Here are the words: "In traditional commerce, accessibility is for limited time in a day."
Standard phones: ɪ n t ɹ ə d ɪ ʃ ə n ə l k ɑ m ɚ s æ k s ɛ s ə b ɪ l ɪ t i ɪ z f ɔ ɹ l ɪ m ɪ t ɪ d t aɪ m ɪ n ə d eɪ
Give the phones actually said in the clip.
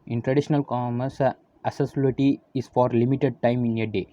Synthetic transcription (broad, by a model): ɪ n t ɹ ə d ɪ ʃ ə n ə l k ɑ m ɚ s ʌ s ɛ s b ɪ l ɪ t i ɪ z f ɔ ɹ l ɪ m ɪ t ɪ d t aɪ m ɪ n ə d eɪ